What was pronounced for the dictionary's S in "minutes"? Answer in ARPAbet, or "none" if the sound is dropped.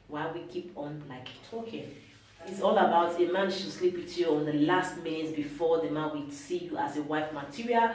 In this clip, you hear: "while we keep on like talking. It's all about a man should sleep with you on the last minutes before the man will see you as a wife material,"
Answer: none